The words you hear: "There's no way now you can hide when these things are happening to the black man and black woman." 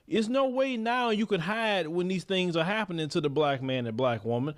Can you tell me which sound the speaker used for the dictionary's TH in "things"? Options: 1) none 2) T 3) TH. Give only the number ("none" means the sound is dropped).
3